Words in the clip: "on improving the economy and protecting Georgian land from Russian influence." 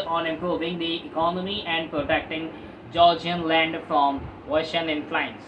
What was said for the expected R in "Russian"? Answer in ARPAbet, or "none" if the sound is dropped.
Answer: W